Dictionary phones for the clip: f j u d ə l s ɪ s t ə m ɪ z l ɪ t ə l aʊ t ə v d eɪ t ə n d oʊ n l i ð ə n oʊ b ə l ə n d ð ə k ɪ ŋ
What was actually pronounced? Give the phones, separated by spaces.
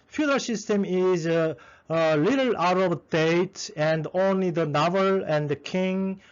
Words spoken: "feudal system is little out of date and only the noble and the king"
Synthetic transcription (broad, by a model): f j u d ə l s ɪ s t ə m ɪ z l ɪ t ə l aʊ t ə b d eɪ t ə n d oʊ n l i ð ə n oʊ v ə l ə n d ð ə k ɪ ŋ